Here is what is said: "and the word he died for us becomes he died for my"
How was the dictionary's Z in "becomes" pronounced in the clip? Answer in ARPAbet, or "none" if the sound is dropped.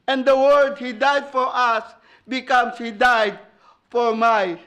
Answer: S